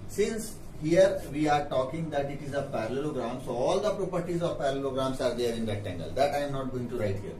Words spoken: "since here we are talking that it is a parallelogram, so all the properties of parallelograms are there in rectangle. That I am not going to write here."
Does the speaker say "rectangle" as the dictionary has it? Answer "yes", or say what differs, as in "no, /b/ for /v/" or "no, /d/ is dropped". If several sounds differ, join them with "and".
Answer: no, /k/ is dropped